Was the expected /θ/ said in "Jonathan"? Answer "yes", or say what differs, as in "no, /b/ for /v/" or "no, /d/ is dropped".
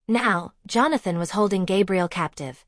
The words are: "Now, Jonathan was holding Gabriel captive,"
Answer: yes